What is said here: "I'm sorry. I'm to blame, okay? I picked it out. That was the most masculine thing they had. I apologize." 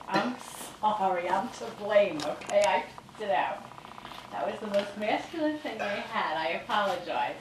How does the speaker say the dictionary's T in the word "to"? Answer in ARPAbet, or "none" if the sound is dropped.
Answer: S